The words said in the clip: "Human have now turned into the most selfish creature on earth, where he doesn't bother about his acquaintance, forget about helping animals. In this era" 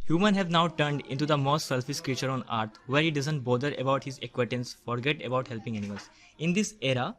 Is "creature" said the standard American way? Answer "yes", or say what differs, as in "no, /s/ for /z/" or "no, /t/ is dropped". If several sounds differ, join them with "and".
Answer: yes